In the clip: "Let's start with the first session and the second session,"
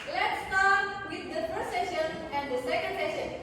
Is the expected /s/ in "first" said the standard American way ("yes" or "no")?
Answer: no